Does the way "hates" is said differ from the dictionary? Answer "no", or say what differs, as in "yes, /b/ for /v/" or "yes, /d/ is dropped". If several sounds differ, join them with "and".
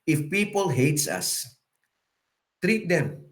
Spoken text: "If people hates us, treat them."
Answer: no